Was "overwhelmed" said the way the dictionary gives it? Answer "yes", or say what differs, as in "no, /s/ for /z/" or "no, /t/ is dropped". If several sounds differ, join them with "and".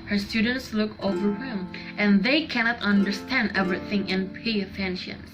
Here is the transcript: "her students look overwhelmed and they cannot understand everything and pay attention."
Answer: no, /l/ is dropped and /d/ is dropped